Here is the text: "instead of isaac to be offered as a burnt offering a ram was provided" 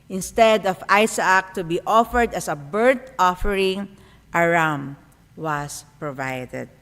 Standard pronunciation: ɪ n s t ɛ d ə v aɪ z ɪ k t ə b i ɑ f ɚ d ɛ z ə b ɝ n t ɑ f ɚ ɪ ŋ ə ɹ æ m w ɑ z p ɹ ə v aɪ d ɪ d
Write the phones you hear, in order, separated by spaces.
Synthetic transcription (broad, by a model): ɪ n s t ɛ d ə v aɪ s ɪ k t ə b i ɑ f ɚ d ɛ s ə b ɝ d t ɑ f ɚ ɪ ŋ ə ɹ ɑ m w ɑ s p ɹ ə v aɪ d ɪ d